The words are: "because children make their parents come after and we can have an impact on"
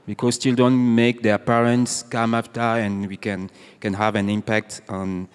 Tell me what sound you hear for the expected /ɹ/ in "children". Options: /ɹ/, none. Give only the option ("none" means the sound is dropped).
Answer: none